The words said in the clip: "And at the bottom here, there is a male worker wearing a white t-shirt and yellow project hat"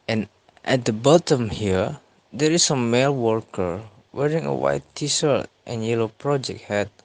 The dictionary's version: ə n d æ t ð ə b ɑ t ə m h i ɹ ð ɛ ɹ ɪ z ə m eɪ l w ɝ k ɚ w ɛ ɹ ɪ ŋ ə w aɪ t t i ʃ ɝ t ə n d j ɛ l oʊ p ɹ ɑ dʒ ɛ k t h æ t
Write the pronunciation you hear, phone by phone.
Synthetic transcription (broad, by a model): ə n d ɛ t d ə b ɑ t ə m h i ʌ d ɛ ɹ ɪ s ə m eɪ l w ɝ k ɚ w ɛ ɹ ɪ ŋ ə w aɪ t t i s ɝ t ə n j ɛ l oʊ p ɹ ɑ dʒ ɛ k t h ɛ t